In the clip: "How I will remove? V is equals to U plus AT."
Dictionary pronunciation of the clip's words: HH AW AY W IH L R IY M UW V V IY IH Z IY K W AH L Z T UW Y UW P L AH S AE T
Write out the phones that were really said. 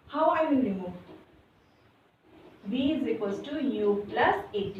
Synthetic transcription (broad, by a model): HH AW AY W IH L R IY M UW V B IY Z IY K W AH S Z T UW Y UW P L AH S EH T